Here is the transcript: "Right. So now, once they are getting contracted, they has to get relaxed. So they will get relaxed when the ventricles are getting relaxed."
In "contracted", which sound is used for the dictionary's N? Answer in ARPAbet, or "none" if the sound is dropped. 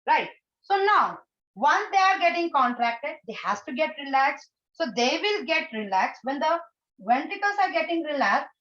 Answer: N